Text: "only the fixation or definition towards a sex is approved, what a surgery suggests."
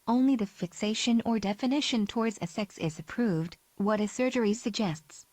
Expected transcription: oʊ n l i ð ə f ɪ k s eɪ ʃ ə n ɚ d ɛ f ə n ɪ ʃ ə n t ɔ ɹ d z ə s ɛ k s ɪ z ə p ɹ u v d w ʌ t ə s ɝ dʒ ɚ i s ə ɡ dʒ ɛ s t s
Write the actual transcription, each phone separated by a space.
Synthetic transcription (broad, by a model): oʊ n l i ð ə f ɪ k s eɪ ʃ ə n ɚ d ɛ f ə n ɪ ʃ ə n t ɔ ɹ d z ə s ɛ k s ɪ z ə p ɹ u v d w ʌ t ə s ɝ dʒ ɚ i s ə ɡ dʒ ɛ s t s